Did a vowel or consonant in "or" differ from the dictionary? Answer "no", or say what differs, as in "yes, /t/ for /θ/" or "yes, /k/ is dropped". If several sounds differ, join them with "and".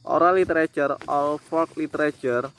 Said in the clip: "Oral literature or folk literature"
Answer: yes, /l/ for /ɹ/